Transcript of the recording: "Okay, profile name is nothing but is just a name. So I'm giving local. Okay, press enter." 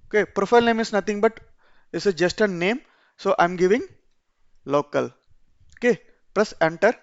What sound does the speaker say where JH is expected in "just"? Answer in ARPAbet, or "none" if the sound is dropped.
JH